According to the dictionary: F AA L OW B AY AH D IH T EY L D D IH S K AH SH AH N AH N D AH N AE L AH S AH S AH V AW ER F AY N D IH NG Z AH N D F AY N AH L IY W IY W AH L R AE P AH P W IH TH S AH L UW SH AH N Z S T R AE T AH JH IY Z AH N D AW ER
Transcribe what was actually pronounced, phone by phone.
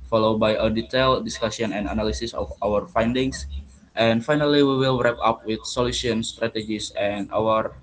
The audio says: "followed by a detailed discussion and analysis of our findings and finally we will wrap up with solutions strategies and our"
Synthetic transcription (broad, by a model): F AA L OW B AY AH D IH T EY L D D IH S K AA S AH N AH N D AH N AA L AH S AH S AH F AW ER F AY N D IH NG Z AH N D F AY N AH L IY W IY W AH L R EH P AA P W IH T S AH L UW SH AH N S T R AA T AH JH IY S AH N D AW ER